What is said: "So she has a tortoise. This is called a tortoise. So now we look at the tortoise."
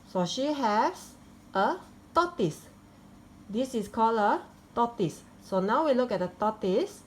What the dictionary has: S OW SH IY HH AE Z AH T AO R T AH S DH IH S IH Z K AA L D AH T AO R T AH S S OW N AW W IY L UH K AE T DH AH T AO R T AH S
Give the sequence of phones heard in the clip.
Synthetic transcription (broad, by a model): S OW SH IY HH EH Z AH T AO T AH S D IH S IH S K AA L AH T AO T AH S S OW N AW W IY L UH K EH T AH T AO T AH S